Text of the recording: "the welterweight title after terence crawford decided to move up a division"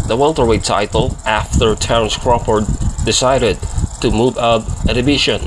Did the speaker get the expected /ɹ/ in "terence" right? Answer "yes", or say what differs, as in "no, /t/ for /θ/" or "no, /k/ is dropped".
no, /ɹ/ is dropped